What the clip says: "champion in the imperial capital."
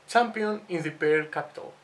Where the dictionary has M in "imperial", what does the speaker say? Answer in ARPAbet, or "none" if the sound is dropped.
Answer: none